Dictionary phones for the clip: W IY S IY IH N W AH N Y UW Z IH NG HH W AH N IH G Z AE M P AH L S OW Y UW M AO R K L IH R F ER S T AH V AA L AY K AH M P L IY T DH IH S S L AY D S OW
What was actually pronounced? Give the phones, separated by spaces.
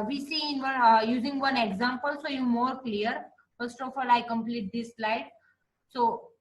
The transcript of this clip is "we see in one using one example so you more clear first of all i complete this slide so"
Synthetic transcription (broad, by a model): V IY S IY IH N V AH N Y UW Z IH NG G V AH N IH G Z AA M P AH L S OW Y UW M AO R K L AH R F ER S T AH F AA L AY K AH M P L IY T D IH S S L AY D S OW